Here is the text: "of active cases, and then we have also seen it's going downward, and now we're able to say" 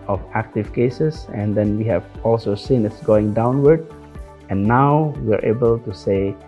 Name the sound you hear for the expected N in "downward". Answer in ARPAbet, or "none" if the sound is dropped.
N